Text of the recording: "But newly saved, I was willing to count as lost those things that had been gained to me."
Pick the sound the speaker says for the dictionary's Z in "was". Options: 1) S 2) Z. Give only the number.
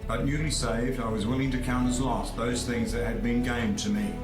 2